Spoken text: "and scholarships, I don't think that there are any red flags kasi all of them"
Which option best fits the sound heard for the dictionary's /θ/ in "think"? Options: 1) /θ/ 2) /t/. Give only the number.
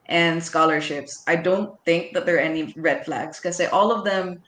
1